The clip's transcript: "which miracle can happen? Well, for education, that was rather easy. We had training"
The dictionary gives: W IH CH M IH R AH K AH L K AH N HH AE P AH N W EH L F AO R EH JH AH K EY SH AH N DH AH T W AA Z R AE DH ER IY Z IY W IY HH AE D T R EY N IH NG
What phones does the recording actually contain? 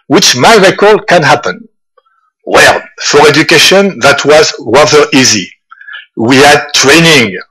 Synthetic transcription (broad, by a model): W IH CH M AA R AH K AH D K AH N HH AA P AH N W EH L F AO R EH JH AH K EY SH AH N DH AH T W AA Z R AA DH ER IY Z IY W IY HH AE D T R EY N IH NG